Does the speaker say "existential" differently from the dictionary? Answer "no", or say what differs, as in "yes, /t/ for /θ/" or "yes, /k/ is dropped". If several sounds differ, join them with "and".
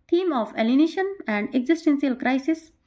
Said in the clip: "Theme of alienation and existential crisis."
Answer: yes, /s/ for /ʃ/